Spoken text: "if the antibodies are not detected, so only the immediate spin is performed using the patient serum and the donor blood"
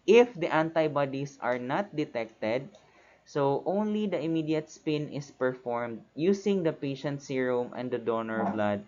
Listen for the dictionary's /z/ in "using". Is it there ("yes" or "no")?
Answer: no